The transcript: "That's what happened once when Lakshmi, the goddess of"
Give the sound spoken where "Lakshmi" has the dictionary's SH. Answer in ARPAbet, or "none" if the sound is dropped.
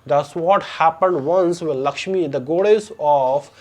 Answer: SH